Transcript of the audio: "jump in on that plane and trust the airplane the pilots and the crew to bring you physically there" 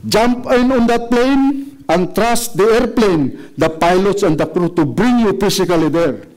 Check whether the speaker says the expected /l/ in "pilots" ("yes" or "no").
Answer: yes